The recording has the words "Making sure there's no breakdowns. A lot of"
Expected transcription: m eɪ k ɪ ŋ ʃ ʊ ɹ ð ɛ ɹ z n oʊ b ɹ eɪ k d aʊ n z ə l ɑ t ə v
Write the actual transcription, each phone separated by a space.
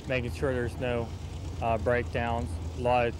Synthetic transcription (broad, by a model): m eɪ k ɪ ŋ ʃ ʊ ɹ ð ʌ ɹ z n oʊ b ɹ eɪ k d aʊ n z l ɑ ə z